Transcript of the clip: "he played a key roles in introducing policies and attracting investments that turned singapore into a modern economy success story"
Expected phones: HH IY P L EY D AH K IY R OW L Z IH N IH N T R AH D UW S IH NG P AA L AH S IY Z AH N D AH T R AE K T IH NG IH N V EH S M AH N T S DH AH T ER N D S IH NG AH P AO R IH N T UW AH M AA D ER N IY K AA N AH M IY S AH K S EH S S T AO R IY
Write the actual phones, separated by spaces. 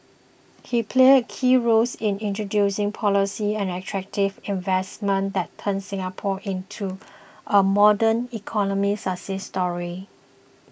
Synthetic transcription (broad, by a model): HH IY P L EY D K IY R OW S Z IH N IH N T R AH D UW S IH NG P AA L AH S IY AH N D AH T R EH K T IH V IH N V EH S M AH N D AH T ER N S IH NG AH P AO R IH N T UW AH M AA D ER N IY K AA N AH M IY S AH S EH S S T AO R IY